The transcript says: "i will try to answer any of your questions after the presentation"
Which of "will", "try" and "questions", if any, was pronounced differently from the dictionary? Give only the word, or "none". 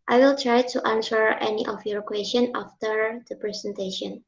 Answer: questions